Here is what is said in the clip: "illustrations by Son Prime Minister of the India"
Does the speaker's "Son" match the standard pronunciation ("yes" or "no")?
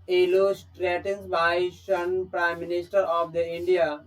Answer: no